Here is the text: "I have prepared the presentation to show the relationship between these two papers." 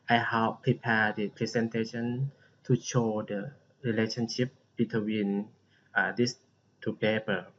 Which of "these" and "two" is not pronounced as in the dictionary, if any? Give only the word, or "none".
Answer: these